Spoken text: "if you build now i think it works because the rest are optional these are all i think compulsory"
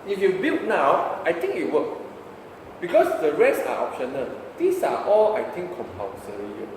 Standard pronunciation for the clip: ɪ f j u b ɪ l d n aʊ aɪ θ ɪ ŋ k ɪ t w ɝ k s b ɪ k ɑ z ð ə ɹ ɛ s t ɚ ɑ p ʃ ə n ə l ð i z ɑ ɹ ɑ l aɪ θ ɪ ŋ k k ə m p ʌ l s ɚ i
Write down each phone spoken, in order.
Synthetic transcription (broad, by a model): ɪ f j u b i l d n aʊ aɪ t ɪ ŋ k ɪ t w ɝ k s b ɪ k ɑ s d ə ɹ ɛ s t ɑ ɑ p ʃ ə n ə l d i s ɑ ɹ ɑ l aɪ t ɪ ŋ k k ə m p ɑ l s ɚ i